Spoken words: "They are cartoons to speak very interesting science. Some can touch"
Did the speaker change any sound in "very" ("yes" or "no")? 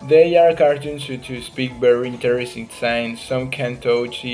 yes